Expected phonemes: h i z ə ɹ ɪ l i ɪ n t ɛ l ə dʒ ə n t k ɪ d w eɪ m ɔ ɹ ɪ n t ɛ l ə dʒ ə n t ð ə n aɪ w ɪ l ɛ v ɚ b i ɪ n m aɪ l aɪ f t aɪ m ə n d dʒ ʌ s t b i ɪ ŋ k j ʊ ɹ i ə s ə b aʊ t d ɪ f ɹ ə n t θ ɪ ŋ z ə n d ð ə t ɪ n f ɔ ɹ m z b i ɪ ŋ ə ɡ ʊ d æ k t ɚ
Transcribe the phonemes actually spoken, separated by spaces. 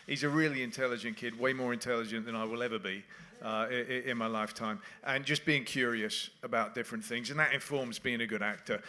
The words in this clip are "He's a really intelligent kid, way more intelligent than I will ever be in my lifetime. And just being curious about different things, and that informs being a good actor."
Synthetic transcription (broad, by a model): h i z ə ɹ ɪ l i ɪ n t ɛ l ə dʒ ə n k ɪ d w eɪ m ɔ ɹ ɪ n t ɛ l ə dʒ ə n ð ə n aɪ w ɪ l ɛ v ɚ b i ɪ n m aɪ l aɪ f t aɪ m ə n dʒ ʌ s b i ɪ ŋ k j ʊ ɹ i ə s ə b aʊ t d ɪ f ɹ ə n θ ɪ ŋ z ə n ð ə t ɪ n f ɔ ɹ m z b i ɪ ŋ ə ɡ ʊ d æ k t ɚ